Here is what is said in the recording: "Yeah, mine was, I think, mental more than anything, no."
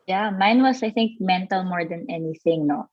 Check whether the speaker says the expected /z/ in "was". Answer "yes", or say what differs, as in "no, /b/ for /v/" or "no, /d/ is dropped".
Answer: no, /s/ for /z/